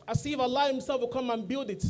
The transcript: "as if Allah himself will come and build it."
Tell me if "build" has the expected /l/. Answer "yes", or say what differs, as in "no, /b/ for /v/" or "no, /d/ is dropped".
yes